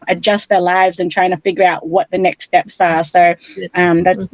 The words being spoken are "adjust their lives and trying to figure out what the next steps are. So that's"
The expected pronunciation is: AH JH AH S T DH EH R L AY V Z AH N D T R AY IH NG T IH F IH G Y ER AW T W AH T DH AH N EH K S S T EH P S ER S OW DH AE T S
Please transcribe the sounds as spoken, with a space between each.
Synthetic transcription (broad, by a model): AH JH AH S T DH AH R L AY V Z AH N T R AY IH NG T IH F IH G Y ER AW T W AH T DH AH N EH K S S T EH P S ER S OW DH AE T S